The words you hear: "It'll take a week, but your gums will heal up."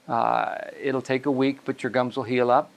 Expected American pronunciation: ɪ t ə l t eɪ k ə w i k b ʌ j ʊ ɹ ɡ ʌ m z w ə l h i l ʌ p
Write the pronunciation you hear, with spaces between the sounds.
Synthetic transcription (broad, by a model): ɪ t l t eɪ k ə w i k b ʌ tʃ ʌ ɹ ɡ ʌ m z w ə l h i l ʌ p